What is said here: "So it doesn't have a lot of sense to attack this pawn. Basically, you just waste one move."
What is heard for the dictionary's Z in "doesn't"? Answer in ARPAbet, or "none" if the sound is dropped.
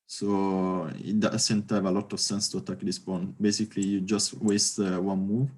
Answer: S